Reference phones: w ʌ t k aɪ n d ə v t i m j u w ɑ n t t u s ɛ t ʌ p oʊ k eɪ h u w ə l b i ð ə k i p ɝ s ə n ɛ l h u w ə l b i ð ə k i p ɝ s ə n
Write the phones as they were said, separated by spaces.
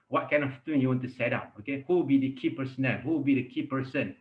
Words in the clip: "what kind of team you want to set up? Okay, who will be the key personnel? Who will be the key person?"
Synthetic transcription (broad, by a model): w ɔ t k aɪ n ə f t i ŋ j u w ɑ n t t u s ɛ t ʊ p oʊ k eɪ h u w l b i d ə k i p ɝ s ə n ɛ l h u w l b i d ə k i p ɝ s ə n